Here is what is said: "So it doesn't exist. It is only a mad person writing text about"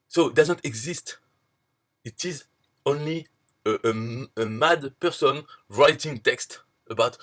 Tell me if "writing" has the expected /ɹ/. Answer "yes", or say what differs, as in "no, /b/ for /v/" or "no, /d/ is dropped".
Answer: yes